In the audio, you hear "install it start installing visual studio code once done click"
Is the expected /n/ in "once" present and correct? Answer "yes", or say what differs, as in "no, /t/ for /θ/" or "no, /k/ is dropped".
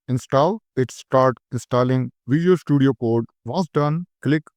no, /n/ is dropped